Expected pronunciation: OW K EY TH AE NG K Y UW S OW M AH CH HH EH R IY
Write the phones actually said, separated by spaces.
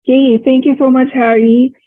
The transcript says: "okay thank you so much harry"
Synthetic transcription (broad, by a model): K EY T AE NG K Y UW S OW M AH CH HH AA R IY